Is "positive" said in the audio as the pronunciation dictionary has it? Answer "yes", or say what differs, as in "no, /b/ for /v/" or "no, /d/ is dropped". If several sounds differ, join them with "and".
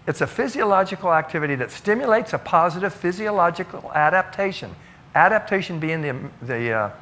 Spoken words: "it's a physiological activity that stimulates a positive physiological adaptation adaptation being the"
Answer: yes